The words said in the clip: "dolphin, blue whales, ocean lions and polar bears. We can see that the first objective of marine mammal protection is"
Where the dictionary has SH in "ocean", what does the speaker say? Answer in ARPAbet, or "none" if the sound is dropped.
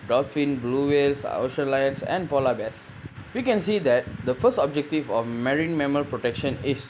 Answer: SH